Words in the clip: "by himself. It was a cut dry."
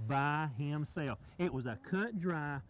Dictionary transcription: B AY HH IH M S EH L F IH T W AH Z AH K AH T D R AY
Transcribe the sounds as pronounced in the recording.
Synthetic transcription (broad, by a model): B AY HH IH M S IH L IH T W AH Z AH K AH T D R AY